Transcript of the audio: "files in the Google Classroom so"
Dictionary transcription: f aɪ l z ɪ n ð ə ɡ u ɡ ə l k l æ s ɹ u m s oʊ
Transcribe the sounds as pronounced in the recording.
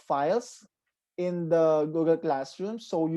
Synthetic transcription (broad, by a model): f aɪ l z ɪ n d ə ɡ u ɡ ə l k l æ s ɹ u m s oʊ